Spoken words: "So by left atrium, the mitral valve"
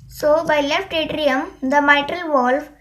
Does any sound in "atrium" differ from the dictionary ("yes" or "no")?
no